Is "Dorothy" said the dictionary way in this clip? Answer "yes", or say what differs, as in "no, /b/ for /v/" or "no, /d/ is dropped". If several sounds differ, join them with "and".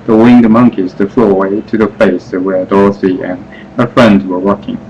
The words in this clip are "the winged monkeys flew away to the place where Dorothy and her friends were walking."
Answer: no, /s/ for /θ/